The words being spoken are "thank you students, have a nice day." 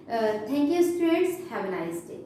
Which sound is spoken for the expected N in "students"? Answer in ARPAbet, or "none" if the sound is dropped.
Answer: none